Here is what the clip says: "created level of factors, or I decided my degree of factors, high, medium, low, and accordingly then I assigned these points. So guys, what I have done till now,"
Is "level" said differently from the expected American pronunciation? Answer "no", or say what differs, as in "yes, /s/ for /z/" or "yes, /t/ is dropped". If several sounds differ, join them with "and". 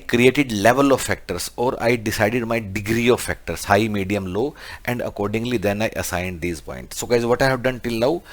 no